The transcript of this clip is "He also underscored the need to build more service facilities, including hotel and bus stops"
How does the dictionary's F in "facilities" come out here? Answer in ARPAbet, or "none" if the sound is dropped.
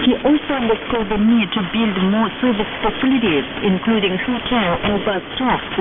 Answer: P